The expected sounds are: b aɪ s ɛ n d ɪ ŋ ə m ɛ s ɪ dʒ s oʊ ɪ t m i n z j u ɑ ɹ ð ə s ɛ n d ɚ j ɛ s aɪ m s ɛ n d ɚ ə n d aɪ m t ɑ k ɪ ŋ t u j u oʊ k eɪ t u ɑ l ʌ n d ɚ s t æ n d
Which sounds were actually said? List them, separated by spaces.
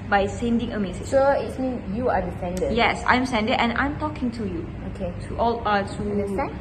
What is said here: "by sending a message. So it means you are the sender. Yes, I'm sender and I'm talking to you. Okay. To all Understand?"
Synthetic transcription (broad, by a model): b aɪ s ɛ n d ɪ ŋ ə m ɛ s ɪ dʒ s oʊ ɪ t m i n j u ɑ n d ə s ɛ n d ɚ j ɛ s aɪ m s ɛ n d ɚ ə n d aɪ m t ɑ k ɪ ŋ t u j u oʊ k eɪ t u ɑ l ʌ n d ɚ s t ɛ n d